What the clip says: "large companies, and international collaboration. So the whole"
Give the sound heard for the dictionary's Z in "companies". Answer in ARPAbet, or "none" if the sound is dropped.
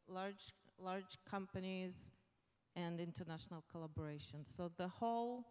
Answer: Z